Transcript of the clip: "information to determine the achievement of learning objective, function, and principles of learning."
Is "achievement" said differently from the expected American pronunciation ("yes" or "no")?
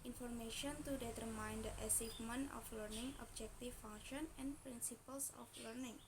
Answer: yes